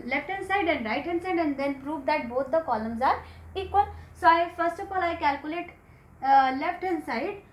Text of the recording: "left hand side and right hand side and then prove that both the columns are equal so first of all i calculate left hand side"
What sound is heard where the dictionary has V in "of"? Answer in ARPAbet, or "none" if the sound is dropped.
P